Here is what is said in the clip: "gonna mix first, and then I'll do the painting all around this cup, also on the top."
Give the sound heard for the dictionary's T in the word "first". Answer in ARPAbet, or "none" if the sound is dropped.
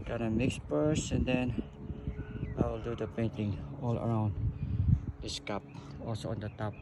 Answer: none